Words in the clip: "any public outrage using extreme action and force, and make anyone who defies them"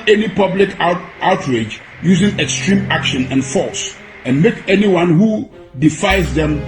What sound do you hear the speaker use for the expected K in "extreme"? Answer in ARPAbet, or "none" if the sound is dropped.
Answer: K